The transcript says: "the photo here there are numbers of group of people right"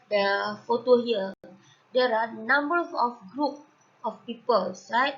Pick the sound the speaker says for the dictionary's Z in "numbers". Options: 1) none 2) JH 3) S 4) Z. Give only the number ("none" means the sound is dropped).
1